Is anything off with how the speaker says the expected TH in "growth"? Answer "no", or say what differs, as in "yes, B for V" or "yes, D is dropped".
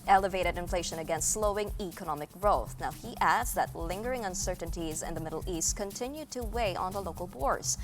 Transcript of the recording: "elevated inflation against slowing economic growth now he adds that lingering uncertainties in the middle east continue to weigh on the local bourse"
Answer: no